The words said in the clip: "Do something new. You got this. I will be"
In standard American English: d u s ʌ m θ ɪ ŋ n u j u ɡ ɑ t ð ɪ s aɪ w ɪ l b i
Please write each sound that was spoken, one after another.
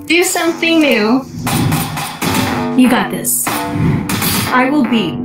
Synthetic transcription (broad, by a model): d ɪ s ʌ m θ ɪ ŋ n u j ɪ ɡ ɑ t ð ɪ s aɪ w ɪ l b i